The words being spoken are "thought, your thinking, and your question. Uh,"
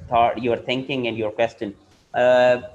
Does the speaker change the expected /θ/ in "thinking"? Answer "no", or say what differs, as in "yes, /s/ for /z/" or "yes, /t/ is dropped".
yes, /t/ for /θ/